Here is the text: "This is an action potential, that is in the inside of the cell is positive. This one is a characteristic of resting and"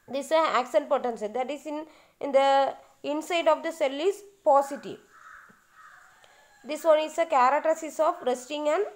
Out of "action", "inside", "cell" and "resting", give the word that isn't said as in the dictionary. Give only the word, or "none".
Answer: action